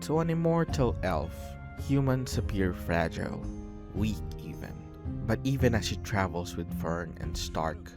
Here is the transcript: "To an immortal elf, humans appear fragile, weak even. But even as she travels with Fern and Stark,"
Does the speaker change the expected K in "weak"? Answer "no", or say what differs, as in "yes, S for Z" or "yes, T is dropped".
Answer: no